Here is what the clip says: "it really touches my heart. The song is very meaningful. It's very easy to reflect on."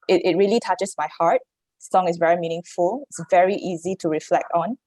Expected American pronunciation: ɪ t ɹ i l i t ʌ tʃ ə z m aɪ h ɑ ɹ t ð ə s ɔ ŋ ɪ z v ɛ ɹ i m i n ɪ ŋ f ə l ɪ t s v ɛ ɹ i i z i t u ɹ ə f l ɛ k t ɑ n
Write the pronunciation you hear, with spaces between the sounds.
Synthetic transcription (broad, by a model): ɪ t ɹ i l i t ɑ tʃ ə s m aɪ h ɑ ɹ t s ɔ ŋ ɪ s v ɛ ɹ i m i n ɪ ŋ f ə l ɪ t s v ɛ ɹ i i z i t u ɹ ə f l ɛ k t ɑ n